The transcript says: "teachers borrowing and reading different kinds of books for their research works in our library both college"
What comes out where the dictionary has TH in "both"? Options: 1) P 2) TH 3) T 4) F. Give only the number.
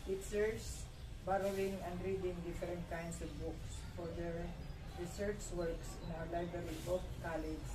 4